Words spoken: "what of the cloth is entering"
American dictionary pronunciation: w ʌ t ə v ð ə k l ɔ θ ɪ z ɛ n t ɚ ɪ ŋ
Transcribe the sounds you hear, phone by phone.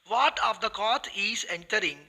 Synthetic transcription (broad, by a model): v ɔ t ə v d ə k ɔ t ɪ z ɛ n t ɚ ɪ ŋ